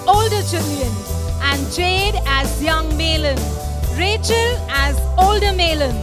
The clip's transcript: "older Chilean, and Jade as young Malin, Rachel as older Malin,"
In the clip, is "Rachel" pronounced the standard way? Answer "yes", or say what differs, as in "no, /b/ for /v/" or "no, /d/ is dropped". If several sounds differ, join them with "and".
yes